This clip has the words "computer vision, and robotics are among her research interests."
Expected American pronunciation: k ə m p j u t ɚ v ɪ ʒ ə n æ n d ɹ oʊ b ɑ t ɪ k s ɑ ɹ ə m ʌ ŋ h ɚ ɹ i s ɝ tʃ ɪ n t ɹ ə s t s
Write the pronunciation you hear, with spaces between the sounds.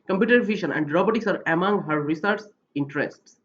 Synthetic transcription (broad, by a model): k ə m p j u t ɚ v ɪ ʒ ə n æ n d ɹ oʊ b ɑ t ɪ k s ɑ ɹ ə m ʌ ŋ h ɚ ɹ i s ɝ s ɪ n t ɹ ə s t s